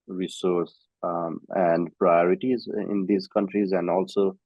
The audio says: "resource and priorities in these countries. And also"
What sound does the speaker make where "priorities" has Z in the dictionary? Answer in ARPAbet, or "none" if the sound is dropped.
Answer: Z